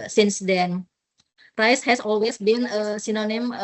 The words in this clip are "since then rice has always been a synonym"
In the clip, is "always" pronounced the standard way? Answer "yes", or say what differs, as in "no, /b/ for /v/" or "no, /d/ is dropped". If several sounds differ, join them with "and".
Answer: no, /s/ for /z/